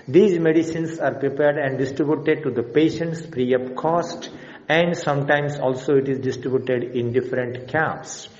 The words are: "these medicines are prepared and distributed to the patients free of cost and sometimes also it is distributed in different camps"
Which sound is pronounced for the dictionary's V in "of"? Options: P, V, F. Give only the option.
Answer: P